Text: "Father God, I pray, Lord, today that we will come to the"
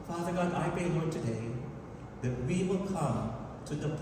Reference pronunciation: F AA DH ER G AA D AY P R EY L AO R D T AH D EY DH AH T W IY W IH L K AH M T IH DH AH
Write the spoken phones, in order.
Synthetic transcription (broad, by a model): F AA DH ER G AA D AY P EY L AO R T AH D EY DH AH T W IY W IH L K AH M T IH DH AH